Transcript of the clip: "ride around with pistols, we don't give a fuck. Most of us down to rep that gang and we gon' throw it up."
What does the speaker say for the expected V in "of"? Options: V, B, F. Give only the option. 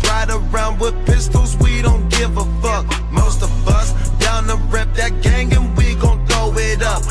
V